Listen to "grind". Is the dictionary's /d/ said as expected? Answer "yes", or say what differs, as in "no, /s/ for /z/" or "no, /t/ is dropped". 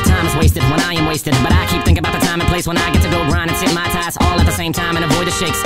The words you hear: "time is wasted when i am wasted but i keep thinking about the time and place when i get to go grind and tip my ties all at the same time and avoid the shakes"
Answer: no, /d/ is dropped